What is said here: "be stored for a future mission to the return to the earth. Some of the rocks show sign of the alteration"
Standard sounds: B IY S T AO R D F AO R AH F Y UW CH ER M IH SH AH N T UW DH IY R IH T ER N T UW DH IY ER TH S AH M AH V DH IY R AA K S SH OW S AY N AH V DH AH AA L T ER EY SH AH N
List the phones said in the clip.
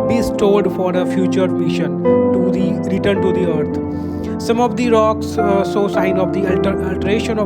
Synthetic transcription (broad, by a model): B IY S T AO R D F AO R AH F Y UW CH ER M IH SH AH N T UW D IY R IH T ER N T UW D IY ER T S AH M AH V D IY R AA K S S OW S AY N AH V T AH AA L T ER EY SH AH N